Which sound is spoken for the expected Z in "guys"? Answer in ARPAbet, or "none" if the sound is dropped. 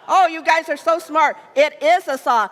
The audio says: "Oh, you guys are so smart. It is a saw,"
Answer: Z